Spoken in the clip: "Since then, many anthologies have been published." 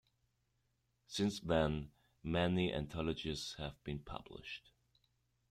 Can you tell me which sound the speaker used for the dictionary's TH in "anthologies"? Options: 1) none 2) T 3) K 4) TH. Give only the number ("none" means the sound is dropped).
2